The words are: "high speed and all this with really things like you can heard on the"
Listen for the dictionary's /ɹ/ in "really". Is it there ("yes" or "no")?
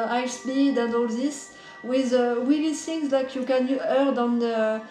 no